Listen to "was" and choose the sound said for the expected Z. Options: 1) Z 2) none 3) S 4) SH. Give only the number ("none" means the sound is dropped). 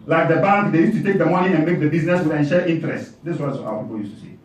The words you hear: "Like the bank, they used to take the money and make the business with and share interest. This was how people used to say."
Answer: 3